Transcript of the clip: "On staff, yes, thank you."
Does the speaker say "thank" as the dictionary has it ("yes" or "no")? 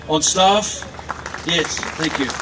yes